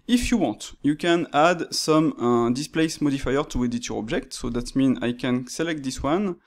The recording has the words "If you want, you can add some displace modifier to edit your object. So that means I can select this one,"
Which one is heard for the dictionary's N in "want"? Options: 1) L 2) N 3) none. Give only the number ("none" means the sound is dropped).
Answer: 3